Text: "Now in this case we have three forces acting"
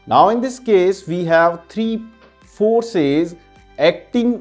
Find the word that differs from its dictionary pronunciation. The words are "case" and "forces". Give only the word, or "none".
none